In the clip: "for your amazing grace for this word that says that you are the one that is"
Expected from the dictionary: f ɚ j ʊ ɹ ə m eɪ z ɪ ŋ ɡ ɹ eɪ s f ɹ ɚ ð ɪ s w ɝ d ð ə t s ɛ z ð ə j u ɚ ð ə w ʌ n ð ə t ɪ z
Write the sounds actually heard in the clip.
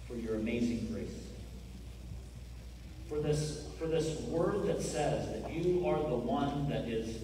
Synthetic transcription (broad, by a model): f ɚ j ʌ ɹ ə m eɪ z ɪ ŋ ɡ ɹ eɪ s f ɹ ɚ ð ɪ s w ɝ d ð ə t s ɛ z ð ə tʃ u ɚ ð ə w ʌ n ð ə t ɪ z